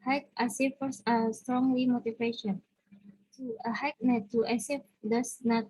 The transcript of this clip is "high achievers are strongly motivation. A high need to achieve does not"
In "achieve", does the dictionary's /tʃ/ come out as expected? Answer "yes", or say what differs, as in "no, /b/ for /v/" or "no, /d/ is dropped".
no, /s/ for /tʃ/